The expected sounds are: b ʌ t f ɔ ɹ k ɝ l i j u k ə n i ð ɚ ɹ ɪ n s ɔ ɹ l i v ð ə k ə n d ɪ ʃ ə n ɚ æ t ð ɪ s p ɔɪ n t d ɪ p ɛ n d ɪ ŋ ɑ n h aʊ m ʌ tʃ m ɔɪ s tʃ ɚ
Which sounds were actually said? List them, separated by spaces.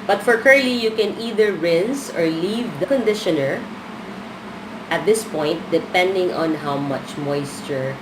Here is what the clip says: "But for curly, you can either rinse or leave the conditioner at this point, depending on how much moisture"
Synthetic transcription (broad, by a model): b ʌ t f ɔ ɹ k ɝ l i j u k ə n i ð ɚ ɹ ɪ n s ɔ ɹ l i v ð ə k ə n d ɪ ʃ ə n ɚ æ t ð ɪ s p ɔɪ n t d ɪ p ɛ n d ɪ ŋ ɑ n h aʊ m ʌ tʃ m ɔɪ s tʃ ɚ